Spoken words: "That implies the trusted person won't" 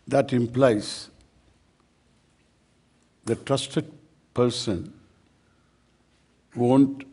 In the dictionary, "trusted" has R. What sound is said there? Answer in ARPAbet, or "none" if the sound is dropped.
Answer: R